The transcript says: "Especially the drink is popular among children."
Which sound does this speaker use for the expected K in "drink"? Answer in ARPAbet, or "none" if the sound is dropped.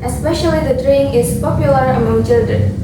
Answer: none